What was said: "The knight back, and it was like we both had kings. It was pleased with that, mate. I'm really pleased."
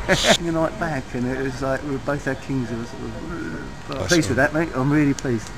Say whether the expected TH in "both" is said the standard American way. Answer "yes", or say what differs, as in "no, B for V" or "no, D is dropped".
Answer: yes